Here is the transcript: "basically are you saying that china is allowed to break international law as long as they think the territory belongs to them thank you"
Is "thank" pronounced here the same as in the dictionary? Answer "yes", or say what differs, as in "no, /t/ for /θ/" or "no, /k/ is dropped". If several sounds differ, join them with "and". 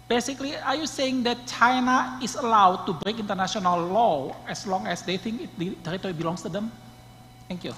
no, /t/ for /θ/